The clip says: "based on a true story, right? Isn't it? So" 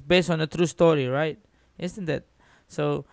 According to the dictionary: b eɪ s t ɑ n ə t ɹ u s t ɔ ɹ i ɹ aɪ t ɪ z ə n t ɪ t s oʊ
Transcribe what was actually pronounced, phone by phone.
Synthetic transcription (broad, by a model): b eɪ s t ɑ n ə t ɹ u s t ɔ ɹ i ɹ aɪ t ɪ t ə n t ɪ t s oʊ